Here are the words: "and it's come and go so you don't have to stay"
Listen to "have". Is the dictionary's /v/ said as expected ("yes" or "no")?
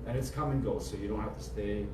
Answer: no